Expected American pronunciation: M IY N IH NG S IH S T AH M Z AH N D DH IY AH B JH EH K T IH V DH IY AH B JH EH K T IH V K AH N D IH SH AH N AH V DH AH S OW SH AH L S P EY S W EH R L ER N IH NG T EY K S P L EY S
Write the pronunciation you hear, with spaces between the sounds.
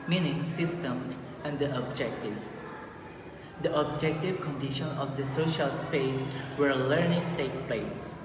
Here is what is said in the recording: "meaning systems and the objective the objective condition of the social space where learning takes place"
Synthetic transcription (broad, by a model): M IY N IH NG S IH S T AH M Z AH N D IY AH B JH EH K T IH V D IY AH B JH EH K T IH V K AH N D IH SH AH N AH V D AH S OW SH AH L S P EY S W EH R L ER N IH NG T EY K P L EY S